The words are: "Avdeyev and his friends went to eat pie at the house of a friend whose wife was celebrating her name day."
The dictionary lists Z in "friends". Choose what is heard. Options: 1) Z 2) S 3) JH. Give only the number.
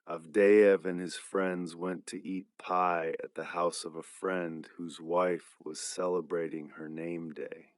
1